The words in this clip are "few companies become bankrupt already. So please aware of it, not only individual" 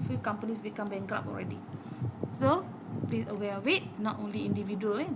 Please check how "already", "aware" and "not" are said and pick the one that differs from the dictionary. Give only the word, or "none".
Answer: aware